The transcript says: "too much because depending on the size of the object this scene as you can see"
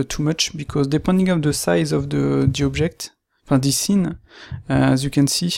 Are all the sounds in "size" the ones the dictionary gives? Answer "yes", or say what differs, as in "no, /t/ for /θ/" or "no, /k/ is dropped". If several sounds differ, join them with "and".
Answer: yes